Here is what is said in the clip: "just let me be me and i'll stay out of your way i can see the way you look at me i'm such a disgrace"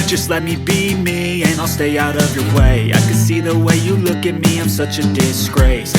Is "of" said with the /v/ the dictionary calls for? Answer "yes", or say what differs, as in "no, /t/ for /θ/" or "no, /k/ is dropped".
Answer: yes